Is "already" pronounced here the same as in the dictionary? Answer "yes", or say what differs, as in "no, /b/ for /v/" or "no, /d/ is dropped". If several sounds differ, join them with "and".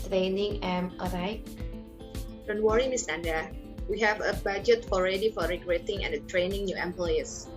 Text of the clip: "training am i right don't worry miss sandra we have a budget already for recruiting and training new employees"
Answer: yes